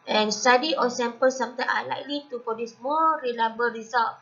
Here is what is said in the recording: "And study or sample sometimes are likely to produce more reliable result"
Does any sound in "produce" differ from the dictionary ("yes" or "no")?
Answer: yes